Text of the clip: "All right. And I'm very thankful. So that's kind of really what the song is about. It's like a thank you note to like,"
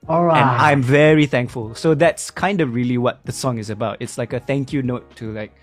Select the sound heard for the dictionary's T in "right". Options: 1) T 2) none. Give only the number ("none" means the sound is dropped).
2